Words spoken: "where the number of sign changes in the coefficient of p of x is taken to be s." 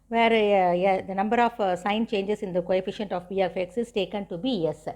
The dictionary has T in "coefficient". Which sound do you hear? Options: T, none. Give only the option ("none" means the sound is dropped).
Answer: T